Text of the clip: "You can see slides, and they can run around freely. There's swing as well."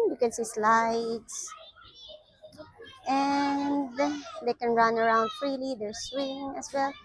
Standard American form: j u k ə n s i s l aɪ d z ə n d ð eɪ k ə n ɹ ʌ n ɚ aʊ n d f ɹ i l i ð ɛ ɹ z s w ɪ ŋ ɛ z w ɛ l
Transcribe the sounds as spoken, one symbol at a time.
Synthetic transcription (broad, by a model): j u k ə n s i s l aɪ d s ə n d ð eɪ k ə n ɹ ʌ n ɚ aʊ n d f ɹ i l i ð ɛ ɹ s w ɪ ŋ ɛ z w ɛ l